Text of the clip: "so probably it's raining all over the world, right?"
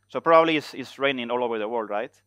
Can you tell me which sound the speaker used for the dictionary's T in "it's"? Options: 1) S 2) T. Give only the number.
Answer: 1